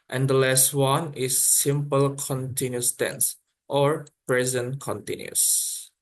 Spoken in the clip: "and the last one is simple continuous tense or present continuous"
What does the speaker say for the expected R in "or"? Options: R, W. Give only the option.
R